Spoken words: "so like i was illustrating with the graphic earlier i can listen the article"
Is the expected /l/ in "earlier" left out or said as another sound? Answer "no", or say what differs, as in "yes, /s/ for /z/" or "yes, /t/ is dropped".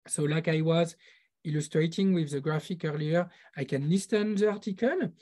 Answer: no